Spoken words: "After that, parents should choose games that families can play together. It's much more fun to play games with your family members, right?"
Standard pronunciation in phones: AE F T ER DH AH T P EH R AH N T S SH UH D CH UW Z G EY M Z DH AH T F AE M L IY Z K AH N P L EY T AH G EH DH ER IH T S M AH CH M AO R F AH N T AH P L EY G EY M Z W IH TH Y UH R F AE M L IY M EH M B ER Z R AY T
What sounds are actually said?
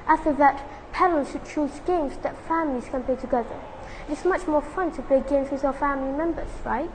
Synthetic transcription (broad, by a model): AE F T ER DH AH T P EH L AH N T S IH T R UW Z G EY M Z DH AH T F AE M L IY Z K AH N P L EY T AH G EH DH ER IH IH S M AH CH M AO R F AH N T AH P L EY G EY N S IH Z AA F AE M L IY M EH M B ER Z R AY T